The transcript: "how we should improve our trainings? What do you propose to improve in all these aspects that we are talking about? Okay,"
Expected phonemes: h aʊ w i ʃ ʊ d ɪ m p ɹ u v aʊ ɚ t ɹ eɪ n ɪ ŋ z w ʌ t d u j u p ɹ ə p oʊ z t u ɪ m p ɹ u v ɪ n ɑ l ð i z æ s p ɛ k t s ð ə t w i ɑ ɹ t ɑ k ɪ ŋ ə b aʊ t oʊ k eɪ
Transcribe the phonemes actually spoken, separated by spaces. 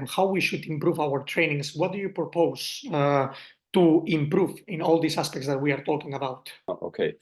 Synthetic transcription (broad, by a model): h aʊ w i ʃ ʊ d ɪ m p ɹ u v aʊ ɚ t ɹ eɪ n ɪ ŋ s w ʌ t d u j u p ɹ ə p oʊ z t u ɪ m p ɹ u v ɪ n ɑ l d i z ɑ s p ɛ k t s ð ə t w i ɑ ɹ t ɑ k ɪ ŋ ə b aʊ t oʊ k eɪ